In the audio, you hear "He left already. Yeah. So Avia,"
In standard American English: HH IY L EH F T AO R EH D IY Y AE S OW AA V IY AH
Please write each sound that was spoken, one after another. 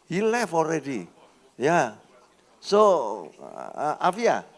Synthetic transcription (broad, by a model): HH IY L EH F AO R EH D IY Y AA S OW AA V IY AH